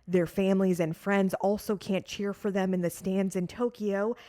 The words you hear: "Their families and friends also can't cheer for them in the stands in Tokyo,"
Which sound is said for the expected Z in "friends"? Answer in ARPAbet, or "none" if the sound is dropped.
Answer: Z